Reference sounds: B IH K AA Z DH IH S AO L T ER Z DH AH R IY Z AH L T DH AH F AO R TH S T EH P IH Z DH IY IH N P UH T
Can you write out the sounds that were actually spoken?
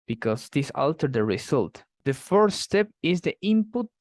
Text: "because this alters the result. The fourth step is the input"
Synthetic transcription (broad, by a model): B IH K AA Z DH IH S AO L T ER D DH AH R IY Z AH L T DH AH F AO R S S T EH P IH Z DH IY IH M P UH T